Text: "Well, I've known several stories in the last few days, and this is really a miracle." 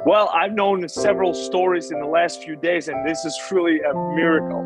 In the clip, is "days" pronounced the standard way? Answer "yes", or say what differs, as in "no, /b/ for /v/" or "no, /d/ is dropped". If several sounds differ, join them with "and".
yes